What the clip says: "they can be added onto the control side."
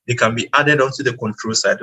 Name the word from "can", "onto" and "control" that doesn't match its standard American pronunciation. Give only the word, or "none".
none